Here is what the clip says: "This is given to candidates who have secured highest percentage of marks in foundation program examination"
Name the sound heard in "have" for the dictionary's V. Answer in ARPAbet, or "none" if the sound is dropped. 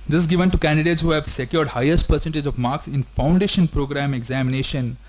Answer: V